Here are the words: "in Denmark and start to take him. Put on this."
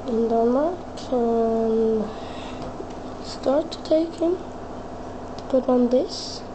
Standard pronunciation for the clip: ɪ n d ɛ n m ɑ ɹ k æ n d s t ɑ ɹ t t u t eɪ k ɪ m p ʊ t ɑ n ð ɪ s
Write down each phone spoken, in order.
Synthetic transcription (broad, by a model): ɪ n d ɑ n ɑ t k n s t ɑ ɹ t t u t eɪ k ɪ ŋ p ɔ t ɑ n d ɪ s